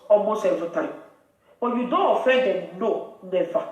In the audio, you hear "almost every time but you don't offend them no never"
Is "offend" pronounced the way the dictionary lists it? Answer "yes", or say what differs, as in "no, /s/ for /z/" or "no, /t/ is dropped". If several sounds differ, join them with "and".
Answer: no, /n/ is dropped